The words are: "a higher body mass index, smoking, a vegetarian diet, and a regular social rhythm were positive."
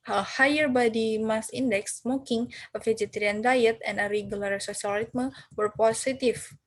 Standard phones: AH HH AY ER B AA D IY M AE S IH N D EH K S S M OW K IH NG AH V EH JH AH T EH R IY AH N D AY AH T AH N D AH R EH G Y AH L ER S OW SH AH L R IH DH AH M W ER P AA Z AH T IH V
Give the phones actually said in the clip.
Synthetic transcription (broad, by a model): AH HH AY ER B AA D IY M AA S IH N D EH K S S M OW K IH NG AH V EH JH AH T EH R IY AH N D AY AH T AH N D AH R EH G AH L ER S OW S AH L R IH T M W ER P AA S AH T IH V